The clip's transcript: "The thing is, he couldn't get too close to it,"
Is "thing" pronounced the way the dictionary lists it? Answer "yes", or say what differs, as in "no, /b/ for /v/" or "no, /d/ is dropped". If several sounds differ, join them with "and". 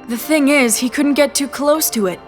yes